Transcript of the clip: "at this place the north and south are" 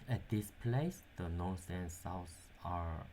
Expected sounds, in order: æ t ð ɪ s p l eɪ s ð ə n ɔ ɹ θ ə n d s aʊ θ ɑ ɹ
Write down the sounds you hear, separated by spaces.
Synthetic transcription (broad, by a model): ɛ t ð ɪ s p l eɪ s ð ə n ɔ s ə n s aʊ s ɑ ɹ